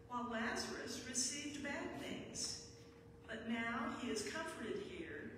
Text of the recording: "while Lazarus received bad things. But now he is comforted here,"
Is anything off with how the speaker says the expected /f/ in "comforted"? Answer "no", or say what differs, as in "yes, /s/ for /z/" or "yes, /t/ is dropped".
no